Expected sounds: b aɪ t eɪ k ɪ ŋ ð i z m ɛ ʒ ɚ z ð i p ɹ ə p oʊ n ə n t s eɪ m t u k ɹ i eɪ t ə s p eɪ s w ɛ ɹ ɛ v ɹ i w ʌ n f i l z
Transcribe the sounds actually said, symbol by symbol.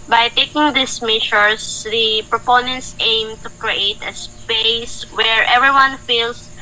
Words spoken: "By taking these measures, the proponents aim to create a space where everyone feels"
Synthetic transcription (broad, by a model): b aɪ t eɪ k ɪ ŋ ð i s m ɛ ʃ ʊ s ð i p ɹ ə p oʊ n ə n t s eɪ m t u k ɹ i eɪ t ə s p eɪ s w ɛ ɹ ɛ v ɹ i w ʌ n f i l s